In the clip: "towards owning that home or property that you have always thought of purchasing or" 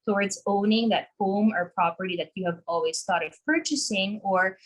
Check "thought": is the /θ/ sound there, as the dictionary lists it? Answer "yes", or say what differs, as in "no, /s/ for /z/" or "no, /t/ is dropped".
no, /t/ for /θ/